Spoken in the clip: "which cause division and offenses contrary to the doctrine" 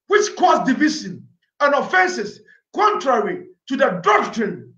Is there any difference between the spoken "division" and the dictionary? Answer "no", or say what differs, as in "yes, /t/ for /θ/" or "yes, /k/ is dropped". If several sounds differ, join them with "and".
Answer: yes, /s/ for /ʒ/